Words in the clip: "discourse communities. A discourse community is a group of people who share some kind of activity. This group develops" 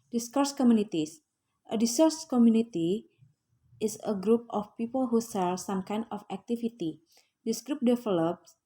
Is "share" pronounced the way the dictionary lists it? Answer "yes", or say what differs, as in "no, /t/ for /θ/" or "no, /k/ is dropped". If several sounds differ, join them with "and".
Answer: no, /s/ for /ʃ/